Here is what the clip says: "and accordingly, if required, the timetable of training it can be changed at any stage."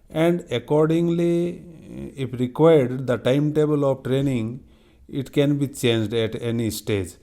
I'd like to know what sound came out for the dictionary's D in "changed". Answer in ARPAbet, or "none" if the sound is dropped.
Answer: D